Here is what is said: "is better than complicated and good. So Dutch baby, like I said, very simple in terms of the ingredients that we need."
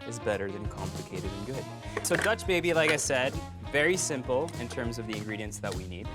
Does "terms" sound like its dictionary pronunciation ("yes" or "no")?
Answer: yes